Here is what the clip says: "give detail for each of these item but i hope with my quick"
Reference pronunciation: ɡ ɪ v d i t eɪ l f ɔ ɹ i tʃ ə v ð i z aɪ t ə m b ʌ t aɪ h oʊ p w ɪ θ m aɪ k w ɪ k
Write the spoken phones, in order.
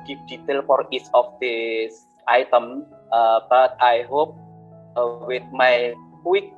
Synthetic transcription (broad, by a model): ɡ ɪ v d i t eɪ l f ɔ ɹ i s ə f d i s aɪ t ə m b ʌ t aɪ h oʊ p w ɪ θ m aɪ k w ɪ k